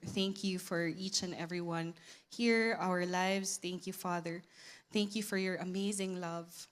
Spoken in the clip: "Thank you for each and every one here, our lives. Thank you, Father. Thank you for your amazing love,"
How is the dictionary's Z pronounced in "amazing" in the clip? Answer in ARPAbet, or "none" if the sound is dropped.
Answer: Z